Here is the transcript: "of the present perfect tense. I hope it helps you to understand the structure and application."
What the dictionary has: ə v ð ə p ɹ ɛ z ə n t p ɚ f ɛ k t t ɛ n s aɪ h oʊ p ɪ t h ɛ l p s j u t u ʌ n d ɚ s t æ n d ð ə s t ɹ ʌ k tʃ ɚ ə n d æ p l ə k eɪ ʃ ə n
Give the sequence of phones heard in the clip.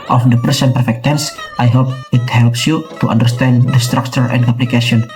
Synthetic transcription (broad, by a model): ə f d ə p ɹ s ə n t p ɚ f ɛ k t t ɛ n s aɪ h oʊ p ɪ t h ɛ l p s j u t u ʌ n d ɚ s t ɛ n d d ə s t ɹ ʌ k tʃ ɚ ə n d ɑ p l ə k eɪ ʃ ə n